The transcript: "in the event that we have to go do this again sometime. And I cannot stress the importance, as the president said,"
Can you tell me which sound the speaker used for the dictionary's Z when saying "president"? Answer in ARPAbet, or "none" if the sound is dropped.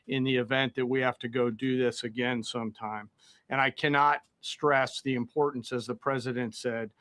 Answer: Z